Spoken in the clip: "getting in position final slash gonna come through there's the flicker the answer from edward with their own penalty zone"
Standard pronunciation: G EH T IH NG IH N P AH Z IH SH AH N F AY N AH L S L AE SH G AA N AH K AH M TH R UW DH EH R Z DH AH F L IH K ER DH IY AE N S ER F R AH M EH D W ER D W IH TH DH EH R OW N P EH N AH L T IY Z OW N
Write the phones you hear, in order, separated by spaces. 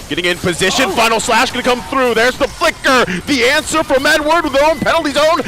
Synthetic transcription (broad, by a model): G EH T IH NG IH N P AH Z IH SH AH N F AY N L S L AE SH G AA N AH K AH M TH R UW DH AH R Z DH AH F L IH K ER DH IY AE N S ER F R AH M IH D W ER D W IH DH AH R OW N P EH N L T IY Z OW N